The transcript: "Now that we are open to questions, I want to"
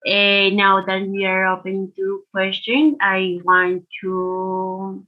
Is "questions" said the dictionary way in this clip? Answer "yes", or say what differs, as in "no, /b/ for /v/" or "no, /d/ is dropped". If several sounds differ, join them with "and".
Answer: no, /z/ is dropped